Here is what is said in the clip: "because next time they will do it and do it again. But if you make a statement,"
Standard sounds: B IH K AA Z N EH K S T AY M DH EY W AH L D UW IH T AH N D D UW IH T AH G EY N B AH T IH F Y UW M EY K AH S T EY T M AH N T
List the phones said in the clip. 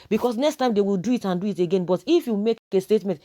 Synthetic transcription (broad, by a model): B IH K AA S N EH K S T AY M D EY W AH L D UW IH T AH N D D UW IH T AH G EY N B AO T IH F Y UW M EY K AH S T EY T M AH N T